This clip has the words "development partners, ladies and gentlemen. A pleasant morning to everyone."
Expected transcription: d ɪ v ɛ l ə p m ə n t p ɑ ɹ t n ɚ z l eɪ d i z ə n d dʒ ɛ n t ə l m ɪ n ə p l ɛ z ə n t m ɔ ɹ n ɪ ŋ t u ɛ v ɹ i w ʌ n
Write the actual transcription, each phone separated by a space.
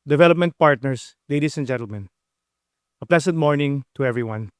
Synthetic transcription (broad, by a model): d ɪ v ɛ l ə p m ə n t p ɑ ɹ t n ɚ s l eɪ d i s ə n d dʒ ɛ n t ə l m ɪ n ə p l ɛ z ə n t m ɔ ɹ n ɪ ŋ t u ɛ v ɹ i w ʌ n